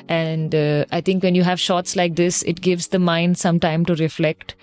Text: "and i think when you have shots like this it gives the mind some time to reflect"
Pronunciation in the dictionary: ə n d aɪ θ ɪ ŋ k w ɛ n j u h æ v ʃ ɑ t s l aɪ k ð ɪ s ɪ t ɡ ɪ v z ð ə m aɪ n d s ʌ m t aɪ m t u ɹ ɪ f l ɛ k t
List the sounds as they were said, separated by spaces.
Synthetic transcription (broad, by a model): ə n d aɪ t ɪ ŋ k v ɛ n j u h æ v ʃ ɑ t s l aɪ k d ɪ s ɪ t ɡ ɪ v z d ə m aɪ n d s ʌ m t aɪ m t u ɹ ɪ f l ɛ k t